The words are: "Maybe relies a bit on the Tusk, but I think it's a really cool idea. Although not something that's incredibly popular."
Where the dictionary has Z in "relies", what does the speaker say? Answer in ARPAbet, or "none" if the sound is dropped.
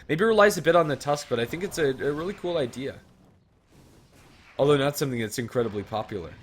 Z